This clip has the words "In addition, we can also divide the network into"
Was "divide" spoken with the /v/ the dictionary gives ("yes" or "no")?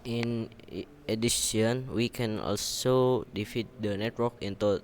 no